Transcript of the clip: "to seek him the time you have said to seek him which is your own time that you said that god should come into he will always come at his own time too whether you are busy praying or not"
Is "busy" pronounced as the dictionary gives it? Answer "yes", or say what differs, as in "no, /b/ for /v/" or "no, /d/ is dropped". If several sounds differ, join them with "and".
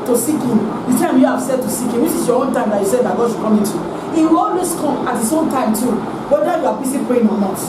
no, /s/ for /z/